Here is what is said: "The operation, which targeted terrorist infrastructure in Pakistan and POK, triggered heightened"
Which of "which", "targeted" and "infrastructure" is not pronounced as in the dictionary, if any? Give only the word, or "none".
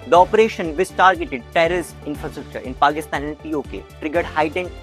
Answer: which